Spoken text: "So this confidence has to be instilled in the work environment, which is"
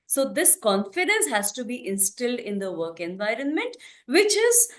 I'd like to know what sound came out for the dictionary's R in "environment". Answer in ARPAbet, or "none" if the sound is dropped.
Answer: R